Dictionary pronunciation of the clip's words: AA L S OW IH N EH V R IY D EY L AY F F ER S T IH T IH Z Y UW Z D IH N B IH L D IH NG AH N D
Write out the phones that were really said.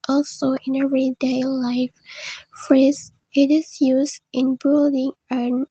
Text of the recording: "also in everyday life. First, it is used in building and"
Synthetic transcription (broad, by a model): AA L S OW IH N EH V R IY D EY L AY F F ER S IH T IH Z Y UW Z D IH N B IH L D IH NG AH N